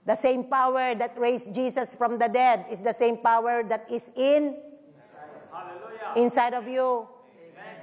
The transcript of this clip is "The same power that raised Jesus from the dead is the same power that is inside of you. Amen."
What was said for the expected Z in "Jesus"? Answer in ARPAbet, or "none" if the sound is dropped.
S